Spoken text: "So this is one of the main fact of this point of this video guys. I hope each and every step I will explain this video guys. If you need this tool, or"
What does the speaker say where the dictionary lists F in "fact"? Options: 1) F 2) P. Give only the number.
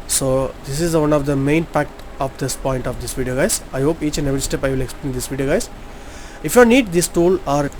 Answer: 2